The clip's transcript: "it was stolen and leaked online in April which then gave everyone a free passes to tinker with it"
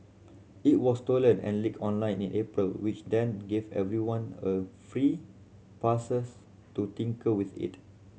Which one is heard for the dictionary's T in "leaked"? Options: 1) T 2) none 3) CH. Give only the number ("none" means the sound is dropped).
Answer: 2